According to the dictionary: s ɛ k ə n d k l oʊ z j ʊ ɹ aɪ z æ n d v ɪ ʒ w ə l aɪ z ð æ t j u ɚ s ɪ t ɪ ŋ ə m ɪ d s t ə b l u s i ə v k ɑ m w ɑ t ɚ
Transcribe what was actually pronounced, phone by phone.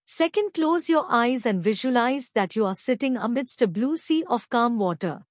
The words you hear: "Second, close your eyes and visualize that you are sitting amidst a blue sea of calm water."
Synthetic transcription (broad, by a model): s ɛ k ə n d k l oʊ z j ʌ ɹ aɪ z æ n d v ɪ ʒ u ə l aɪ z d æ t j u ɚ s ɪ t ɪ ŋ ə m ɪ d s t ə b l u s i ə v k ɑ m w ɑ t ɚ